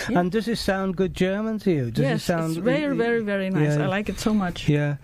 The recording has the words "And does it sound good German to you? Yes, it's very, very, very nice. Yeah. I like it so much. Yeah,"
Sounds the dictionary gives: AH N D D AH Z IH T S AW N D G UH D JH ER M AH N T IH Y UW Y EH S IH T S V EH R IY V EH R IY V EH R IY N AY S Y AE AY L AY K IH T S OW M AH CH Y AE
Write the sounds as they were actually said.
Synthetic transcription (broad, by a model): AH N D D AH Z IH T S AW N G UH D JH ER M AH N T IH Y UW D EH IH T S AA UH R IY V EH R IY V EH R IY N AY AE AY L AY K IH T S OW M AH CH Y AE